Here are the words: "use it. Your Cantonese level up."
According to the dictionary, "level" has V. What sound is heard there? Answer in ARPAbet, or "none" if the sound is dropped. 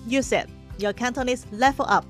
F